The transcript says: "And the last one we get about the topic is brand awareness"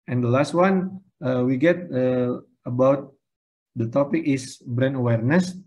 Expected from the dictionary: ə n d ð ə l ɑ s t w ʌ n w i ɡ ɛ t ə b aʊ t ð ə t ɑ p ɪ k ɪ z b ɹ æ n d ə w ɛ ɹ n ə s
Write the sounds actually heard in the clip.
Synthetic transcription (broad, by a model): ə n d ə l ɑ s t w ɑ n w i ɡ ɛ t ə b aʊ t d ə t ɑ p ɪ k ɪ s b ɹ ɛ n ə w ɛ ɹ n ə s